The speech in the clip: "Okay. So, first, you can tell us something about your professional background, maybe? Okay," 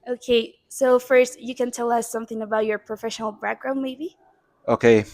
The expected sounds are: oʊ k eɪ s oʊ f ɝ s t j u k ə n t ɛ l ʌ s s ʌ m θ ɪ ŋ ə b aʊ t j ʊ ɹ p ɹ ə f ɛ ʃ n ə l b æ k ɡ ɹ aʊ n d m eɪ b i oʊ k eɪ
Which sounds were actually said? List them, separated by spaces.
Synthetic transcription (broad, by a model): oʊ k eɪ s oʊ f ɝ s t j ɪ k ə n t ɛ l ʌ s s ʌ m θ ɪ ŋ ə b aʊ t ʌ ɹ p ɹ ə f ɛ ʃ n l b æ k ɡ ɹ aʊ n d m eɪ b i oʊ k eɪ